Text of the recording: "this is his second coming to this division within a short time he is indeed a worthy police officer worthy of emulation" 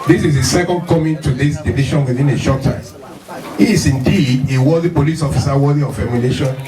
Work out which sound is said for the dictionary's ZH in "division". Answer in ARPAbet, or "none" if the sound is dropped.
SH